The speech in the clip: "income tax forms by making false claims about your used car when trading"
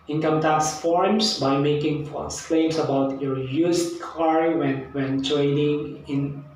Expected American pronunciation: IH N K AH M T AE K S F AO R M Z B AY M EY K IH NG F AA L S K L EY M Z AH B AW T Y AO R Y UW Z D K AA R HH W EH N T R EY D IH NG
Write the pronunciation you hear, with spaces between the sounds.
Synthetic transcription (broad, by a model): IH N K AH M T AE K S F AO R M S B AY M EY K IH NG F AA S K L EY M S AH B AW T Y AO R Y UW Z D K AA R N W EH N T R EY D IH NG